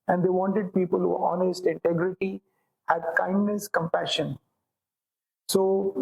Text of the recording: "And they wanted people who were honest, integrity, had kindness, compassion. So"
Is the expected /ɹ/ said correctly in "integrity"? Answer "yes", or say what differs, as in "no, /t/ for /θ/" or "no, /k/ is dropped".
yes